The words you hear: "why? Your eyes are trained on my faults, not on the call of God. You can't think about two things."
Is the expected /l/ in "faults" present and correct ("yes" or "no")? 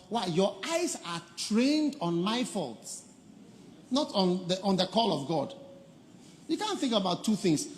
yes